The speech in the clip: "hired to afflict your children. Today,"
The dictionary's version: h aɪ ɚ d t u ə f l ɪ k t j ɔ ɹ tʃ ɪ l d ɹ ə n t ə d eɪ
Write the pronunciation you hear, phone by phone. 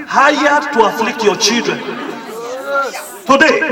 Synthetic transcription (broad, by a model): h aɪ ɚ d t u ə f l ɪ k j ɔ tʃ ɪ d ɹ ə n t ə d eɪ